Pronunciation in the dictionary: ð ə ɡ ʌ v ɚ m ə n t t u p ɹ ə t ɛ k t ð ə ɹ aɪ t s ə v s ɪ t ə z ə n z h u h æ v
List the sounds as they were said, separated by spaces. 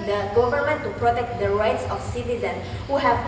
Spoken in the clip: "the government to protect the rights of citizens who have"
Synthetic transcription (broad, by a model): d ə ɡ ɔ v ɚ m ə n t t u p ɹ ə t ɛ k t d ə ɹ aɪ t s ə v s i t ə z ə n h u h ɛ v